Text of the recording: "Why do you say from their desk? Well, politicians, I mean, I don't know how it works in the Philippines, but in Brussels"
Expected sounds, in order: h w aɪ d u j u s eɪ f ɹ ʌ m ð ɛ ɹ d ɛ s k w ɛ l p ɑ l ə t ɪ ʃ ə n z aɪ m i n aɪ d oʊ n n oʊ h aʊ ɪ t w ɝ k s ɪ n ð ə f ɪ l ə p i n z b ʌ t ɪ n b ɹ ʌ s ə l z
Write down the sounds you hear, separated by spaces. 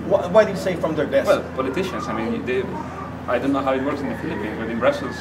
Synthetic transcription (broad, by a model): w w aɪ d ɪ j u s eɪ f ɹ ʌ m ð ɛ ɹ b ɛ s w ɛ l p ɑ l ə t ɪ ʃ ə n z aɪ m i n aɪ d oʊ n n oʊ h aʊ ɪ t w ɝ k s ɪ n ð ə f ɪ l ə p i n z b ʌ t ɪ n b ɹ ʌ s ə l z